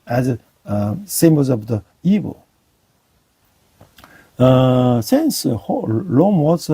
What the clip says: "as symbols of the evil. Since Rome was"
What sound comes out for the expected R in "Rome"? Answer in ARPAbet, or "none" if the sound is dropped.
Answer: L